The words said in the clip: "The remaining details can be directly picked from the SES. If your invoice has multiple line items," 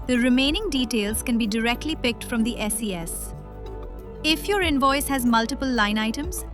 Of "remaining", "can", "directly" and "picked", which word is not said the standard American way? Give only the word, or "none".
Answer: none